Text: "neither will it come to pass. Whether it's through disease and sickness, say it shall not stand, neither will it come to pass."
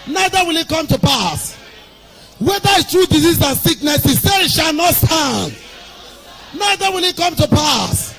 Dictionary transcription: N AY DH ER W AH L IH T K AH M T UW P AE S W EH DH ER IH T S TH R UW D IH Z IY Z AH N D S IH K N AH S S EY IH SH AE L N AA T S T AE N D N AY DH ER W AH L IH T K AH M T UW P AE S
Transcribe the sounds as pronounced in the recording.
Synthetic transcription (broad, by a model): N AY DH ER W AH L IH T K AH M T UW P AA S W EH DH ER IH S T R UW D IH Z IY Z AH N S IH K N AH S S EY IH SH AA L N AA T S T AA N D N AY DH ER W AH L IH T K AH M T UW P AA S